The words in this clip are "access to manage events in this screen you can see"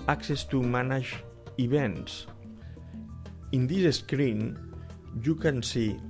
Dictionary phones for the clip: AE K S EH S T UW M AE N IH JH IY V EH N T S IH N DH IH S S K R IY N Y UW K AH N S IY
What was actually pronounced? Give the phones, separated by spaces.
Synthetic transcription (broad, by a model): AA K S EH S T UW M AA N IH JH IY B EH N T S IH N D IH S S K R IY N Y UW K AH N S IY